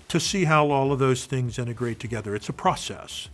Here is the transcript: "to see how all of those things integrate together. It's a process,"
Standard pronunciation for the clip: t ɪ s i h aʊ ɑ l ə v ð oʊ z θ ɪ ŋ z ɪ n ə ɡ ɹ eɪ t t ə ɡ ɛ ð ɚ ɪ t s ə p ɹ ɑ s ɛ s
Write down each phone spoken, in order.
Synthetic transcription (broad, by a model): t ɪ s i h aʊ ɑ l ə v ð oʊ z θ ɪ ŋ z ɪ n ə ɡ ɹ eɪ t t ə ɡ ɛ ð ɚ ɪ t s ə p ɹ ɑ s ɛ s